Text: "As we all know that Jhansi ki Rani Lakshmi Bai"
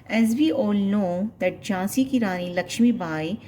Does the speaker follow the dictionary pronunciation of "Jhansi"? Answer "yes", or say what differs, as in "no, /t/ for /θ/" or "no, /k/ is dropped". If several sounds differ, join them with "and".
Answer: no, /n/ is dropped